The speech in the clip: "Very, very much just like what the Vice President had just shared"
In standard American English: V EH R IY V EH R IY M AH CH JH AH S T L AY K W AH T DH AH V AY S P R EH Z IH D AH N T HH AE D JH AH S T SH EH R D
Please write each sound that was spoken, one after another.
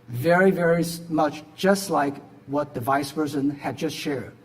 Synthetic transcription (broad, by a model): V EH R IY V EH R IY M AH CH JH AH S T L AY K W AH T DH AH V AY S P AH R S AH N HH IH D JH AH S T SH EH R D